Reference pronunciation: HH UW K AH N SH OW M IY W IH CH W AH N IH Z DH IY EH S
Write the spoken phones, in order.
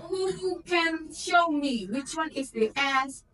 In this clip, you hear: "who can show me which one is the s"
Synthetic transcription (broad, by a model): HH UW K AH N SH OW M IY W IH CH W AH N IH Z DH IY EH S